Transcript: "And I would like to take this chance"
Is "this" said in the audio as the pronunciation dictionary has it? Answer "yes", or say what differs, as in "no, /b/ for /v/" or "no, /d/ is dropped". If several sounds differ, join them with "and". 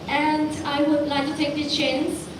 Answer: no, /s/ is dropped